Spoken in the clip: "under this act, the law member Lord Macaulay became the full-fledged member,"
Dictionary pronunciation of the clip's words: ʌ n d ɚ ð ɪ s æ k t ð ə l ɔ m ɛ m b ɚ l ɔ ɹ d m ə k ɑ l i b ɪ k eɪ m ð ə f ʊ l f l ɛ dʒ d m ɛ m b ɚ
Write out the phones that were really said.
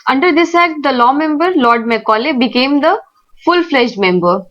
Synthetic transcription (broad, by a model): ʌ n d ɚ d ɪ s æ k t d ə l ɔ m ɛ m b ɚ l ɔ ɹ d m ə k ɑ l i b ɪ k eɪ m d ə f ʊ l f l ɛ ʃ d m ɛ m b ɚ